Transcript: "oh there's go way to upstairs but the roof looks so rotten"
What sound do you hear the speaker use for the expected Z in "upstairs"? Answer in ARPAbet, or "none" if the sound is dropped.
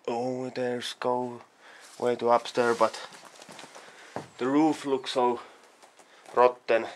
none